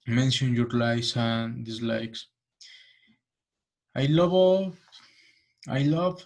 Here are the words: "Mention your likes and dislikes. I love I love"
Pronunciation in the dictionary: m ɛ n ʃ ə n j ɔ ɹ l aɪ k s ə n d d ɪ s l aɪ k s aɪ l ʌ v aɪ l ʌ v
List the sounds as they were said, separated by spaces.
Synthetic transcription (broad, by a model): m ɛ n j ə n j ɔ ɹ l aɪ s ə n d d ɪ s l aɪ k s aɪ l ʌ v aɪ l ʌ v